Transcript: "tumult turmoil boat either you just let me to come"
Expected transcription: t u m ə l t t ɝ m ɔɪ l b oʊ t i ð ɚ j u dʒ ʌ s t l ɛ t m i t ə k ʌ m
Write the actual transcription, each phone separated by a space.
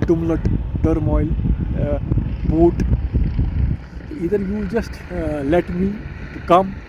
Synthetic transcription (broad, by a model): t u m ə t t ɝ m ɔɪ l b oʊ t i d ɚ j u dʒ ʌ s t l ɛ t m i k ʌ m